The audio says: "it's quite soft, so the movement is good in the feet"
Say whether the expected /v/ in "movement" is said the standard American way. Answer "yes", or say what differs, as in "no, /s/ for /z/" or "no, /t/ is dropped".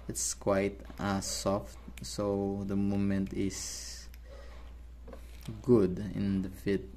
no, /v/ is dropped